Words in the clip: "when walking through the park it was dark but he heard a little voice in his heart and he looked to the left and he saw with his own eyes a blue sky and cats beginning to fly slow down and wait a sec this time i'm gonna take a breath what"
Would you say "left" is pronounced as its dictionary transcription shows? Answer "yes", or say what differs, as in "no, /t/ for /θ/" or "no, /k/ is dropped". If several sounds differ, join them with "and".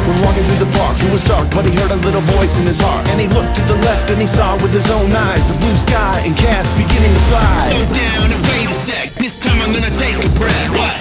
yes